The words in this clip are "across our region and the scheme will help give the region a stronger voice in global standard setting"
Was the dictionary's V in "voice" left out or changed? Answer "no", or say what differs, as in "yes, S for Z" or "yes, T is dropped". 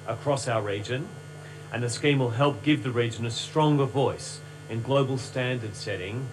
no